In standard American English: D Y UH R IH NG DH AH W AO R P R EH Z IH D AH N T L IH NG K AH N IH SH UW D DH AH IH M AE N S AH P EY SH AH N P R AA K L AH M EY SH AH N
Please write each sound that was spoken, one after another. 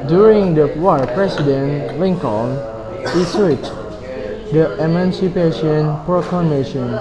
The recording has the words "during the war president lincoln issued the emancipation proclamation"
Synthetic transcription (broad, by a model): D Y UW R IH NG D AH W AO P R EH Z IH D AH N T L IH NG K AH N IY S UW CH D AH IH M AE N S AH P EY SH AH N P R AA K L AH M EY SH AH N